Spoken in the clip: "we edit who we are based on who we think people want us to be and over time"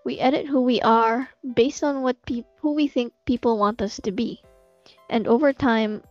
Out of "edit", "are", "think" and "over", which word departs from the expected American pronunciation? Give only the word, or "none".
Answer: none